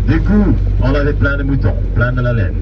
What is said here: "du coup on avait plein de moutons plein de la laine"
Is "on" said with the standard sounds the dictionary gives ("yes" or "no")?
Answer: no